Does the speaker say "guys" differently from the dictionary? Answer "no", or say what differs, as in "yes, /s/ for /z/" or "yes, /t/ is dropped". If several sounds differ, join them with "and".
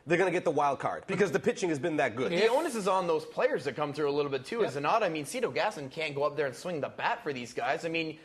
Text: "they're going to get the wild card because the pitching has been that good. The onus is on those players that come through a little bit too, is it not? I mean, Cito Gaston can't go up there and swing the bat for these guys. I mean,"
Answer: no